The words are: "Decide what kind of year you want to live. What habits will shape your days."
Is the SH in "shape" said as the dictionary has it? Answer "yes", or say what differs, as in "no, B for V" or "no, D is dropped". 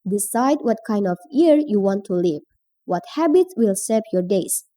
no, S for SH